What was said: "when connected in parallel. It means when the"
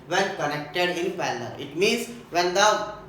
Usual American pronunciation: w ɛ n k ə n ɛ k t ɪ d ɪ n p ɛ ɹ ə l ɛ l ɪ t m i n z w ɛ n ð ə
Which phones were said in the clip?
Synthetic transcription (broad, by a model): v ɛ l k ə n ɛ k t ɪ d ɪ n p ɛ l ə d ɪ t m i n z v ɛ n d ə